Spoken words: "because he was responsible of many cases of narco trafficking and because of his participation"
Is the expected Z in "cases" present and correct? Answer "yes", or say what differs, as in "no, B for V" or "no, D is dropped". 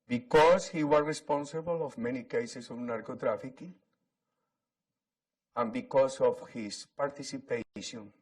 no, S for Z